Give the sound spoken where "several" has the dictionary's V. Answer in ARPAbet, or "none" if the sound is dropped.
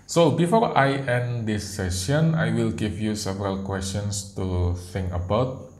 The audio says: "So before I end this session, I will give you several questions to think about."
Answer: V